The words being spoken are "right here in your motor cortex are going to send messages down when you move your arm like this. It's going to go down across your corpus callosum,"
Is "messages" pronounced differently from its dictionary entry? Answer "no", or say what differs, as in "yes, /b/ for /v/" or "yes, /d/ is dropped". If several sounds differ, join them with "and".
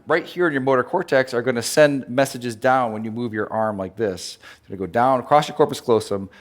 no